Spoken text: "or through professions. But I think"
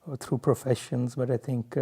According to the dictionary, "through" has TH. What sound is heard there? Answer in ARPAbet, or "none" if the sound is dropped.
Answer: T